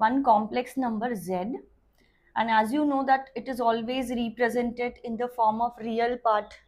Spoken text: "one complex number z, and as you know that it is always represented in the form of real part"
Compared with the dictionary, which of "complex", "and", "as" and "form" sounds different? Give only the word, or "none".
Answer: none